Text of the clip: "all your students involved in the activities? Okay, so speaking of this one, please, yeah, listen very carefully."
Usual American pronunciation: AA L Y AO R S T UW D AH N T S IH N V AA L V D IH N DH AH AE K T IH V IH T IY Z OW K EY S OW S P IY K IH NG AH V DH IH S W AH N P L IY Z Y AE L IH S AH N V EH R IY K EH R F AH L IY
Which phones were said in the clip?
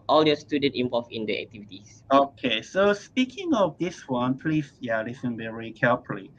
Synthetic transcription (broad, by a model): AA L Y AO S T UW D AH N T IH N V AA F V IH N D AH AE K T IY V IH T IY S OW K EY S OW S P IY K IH NG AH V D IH S W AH N P L IY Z Y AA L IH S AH N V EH R IY K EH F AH L IY